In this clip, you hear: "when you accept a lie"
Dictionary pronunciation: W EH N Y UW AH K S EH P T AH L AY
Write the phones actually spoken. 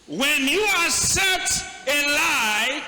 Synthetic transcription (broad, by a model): W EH N Y UW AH S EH T AH L AY